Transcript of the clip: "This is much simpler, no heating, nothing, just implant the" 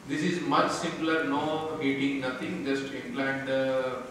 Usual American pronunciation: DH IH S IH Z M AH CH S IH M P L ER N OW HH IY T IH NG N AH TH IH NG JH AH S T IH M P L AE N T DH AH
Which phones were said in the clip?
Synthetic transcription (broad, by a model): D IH S IH Z M AH CH S IH M P L ER N OW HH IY T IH NG N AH T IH NG JH AH S T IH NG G L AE N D